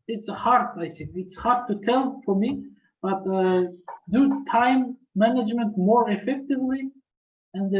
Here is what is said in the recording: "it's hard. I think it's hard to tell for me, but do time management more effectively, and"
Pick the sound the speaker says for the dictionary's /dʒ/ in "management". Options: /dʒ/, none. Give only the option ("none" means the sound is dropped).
/dʒ/